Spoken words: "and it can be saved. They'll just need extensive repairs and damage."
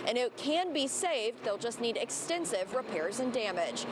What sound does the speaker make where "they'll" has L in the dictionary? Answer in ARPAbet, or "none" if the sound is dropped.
L